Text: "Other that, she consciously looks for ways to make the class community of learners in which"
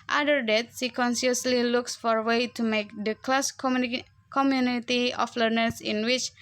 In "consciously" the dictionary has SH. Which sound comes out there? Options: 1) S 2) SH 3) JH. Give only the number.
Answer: 1